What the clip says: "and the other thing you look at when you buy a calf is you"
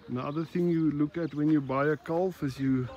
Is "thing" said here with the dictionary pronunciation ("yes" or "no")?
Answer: yes